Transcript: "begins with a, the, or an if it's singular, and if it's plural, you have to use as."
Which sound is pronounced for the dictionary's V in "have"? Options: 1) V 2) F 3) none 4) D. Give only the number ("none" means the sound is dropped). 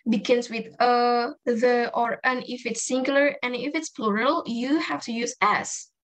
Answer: 2